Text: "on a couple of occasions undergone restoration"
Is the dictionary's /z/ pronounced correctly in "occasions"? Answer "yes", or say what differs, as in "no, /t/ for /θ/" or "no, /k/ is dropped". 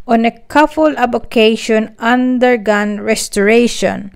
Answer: no, /z/ is dropped